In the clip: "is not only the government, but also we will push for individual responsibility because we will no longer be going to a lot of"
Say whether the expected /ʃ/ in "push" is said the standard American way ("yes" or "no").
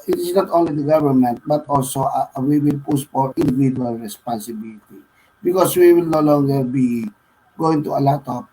no